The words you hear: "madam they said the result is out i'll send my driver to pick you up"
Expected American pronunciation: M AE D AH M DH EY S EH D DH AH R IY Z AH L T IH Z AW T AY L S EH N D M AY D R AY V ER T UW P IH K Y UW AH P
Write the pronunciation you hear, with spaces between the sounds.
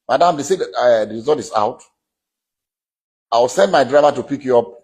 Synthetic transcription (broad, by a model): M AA D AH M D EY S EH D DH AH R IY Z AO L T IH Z AW T AY W S EH N D M AY D R AY V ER T UW P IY K Y UW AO P